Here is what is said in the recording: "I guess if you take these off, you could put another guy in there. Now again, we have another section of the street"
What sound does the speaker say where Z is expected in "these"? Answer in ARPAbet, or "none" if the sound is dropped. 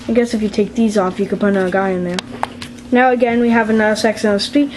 Z